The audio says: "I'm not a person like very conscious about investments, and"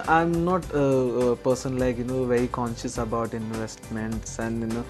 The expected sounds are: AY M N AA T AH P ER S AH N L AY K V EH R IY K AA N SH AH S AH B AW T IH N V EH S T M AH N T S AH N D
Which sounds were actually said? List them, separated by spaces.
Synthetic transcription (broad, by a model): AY M N AA T P ER S AH N L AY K V EH R IY K AA N SH AH S AH B AW T IH N V EH S T M AH N T S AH N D